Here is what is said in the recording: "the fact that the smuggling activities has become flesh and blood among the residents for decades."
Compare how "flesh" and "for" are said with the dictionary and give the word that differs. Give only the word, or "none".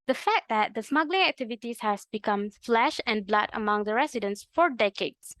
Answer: none